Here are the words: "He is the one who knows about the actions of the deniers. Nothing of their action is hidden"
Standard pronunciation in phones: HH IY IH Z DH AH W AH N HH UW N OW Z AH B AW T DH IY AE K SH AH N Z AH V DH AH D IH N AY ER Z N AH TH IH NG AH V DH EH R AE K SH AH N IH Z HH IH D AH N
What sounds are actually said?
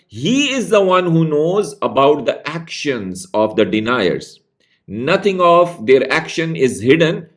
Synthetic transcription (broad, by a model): HH IY IH Z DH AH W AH N HH UW N OW Z AH B AW T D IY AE K SH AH N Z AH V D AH D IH N AY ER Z N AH T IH NG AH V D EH R AE K SH AH N IH Z HH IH D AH N